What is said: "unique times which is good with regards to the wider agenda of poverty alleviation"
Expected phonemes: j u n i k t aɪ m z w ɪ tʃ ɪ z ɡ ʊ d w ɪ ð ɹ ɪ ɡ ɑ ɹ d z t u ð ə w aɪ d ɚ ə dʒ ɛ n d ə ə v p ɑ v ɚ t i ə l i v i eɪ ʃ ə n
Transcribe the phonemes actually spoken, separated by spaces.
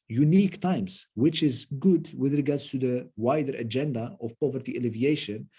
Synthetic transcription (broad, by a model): j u n i k t aɪ m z w ɪ tʃ ɪ z ɡ ʊ d w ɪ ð ɹ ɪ ɡ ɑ ɹ d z t u ð ə w aɪ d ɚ ə dʒ ɛ n d ə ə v p ɑ v ɚ t i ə l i v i eɪ ʃ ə n